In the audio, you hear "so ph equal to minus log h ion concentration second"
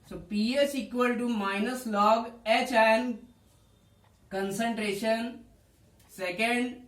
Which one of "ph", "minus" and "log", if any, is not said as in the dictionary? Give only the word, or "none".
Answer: ph